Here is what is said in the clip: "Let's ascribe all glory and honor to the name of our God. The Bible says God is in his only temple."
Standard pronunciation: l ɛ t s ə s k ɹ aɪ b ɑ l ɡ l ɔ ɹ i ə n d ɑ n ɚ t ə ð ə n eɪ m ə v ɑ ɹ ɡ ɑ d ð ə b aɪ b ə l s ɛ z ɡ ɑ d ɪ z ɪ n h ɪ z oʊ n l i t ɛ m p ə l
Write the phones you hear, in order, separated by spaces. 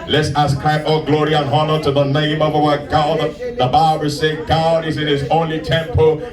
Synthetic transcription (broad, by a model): l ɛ t s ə s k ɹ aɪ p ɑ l ɡ l ɔ ɹ i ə n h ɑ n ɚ t ə ð ə n eɪ m ə v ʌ w ɡ ɑ d ð ə b aɪ b ə l s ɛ ɡ ɑ d ɪ z ɪ n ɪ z oʊ n l i t ɛ m p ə l